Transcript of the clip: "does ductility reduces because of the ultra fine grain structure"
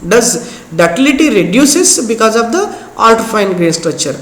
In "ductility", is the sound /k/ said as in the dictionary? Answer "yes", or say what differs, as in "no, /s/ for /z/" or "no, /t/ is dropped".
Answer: no, /k/ is dropped